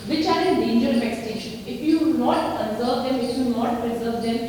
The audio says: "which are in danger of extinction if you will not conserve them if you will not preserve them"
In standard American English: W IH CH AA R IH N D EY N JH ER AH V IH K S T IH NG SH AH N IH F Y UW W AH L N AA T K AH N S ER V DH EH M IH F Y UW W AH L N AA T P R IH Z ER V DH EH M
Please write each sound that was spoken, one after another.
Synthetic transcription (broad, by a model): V IH CH AA R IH D EY N JH ER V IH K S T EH SH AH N IH F Y UW N AA T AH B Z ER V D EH M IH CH Y UW N AA T P R IH Z ER V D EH M